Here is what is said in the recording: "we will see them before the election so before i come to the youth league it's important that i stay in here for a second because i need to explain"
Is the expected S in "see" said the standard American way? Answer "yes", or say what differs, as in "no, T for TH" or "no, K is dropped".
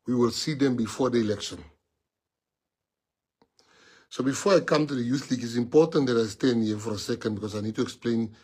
yes